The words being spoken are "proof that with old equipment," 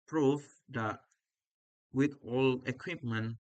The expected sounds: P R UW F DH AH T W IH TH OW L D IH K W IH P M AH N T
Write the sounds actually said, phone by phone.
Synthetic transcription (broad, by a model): P R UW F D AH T W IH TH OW L IH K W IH P M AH N